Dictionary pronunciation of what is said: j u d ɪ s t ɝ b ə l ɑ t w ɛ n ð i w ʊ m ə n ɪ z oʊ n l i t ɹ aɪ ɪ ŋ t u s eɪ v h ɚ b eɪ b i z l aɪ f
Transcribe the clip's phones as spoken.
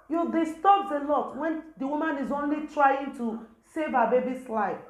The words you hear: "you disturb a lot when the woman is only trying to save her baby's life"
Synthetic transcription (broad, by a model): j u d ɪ s t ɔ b ə l ɑ t w ɛ n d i w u m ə n ɪ z oʊ n l i t ɹ aɪ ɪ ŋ t u s eɪ v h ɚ b eɪ b i s l aɪ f